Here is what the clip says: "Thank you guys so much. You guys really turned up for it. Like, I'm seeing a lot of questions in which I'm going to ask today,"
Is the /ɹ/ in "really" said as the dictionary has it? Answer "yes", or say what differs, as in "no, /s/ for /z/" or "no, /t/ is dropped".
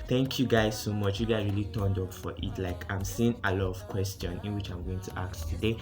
yes